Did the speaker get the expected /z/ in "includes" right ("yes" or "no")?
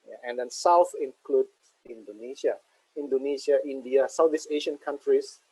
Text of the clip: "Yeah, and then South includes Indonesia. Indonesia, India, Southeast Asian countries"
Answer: no